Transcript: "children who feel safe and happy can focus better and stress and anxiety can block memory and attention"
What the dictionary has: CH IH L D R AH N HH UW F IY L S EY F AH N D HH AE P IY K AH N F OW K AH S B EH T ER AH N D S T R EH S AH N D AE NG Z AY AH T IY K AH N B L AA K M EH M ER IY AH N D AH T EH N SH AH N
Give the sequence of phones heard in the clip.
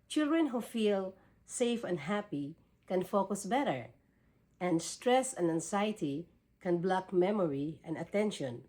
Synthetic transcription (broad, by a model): CH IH L D R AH N HH UW F IY L S EY F AH N D HH AE P IY K AH N F OW K AH S B EH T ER AH N D S T R EH S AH N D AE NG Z AY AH T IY K AH N B L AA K M EH M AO IY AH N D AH T EH N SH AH N